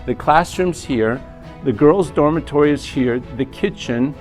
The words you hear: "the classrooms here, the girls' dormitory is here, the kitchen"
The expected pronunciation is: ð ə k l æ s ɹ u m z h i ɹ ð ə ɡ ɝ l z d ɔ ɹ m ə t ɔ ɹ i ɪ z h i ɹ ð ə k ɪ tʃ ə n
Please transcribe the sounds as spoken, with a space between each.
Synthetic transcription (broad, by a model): ð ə k l æ s ɹ u m z h i ɹ ð ə ɡ ɝ l z d ɔ ɹ m ə t ɔ ɹ i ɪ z h i ɹ ð ə k ɪ tʃ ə n